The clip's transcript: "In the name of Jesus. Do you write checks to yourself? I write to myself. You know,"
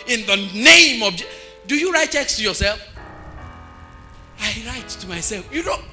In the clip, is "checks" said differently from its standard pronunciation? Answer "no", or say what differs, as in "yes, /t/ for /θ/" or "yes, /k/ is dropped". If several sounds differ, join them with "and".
no